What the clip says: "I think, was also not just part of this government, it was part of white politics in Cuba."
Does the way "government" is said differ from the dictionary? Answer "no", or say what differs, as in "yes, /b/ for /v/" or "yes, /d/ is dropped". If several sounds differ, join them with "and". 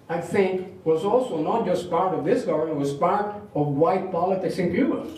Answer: yes, /m/ is dropped